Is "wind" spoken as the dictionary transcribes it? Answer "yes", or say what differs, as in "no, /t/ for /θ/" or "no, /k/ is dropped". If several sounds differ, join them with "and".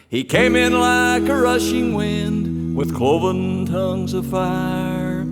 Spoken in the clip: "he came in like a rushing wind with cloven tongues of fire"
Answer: yes